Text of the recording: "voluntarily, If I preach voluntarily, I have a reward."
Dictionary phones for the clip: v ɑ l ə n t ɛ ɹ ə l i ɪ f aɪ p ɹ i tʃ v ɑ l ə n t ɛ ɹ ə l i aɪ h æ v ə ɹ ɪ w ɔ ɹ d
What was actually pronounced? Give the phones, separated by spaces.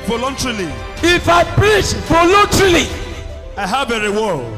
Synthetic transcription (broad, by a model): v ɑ l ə n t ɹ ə l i ɪ f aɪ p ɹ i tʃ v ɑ l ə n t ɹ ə l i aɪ h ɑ b ə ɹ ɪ w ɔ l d